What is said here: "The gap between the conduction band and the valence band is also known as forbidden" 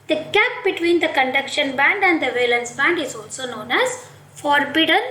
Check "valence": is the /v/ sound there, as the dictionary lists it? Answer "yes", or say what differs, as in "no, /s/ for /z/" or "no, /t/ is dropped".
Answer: yes